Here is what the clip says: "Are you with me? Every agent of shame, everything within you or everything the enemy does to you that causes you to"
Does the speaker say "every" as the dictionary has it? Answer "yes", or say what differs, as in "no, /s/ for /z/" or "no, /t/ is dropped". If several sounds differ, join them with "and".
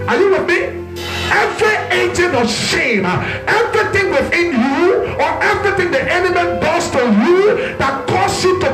yes